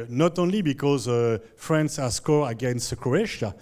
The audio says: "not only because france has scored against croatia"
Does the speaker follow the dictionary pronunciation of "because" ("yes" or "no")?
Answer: yes